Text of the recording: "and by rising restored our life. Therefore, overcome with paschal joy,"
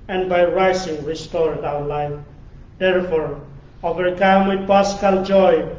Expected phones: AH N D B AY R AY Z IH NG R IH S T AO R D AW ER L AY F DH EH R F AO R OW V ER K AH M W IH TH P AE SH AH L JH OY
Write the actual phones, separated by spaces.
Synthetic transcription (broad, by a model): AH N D B AY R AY S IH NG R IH S T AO R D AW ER L AY F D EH R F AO R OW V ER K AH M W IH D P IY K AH L JH OY